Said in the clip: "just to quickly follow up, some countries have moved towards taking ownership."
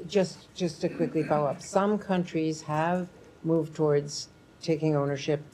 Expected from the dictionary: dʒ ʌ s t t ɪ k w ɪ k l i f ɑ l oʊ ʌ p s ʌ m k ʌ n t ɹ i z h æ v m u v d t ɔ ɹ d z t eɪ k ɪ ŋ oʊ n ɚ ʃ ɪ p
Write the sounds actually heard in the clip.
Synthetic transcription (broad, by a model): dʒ ʌ s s t ɪ k w ɪ k l i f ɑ ʊ ʌ p s ʌ m k ʌ n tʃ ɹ i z h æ v m u v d t ɔ ɹ d z t eɪ k ɪ ŋ oʊ n ɚ ʃ ɪ p